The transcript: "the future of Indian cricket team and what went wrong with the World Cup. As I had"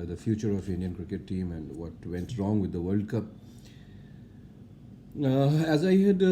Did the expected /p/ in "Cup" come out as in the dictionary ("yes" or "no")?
yes